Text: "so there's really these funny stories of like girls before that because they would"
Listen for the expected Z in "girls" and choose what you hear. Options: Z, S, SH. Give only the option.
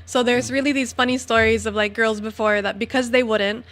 Z